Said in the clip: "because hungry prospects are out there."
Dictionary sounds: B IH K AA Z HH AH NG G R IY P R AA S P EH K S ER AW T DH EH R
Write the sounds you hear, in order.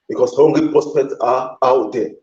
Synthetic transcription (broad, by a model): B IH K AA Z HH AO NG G L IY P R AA S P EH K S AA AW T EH